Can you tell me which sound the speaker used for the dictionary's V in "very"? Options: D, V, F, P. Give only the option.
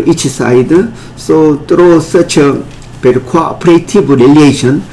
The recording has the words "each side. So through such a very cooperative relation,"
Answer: P